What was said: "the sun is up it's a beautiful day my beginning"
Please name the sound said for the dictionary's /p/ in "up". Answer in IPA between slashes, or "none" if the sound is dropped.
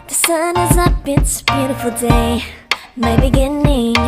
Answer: /b/